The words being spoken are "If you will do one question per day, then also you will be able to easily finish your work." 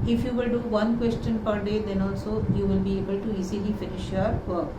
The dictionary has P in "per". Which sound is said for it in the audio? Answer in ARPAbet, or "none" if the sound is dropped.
P